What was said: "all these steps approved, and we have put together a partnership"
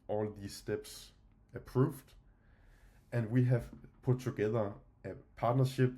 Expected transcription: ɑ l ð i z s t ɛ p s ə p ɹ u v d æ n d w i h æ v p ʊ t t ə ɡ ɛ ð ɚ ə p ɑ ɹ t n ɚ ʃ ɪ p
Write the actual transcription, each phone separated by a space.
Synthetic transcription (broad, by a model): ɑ l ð i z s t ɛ b s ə p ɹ u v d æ n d w i h æ v p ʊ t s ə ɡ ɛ ð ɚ ə p ɑ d n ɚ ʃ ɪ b